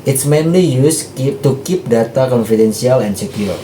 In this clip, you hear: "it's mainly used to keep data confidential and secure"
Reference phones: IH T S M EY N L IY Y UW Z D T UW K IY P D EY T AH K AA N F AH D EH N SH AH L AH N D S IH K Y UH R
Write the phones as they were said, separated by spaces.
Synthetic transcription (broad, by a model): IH T S M EY N L IY Y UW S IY T UW K IY P D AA T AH K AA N F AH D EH N S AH L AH N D S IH K Y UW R